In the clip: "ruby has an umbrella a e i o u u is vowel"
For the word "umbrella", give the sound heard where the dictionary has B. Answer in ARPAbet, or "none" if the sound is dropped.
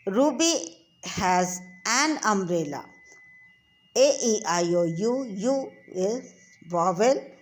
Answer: none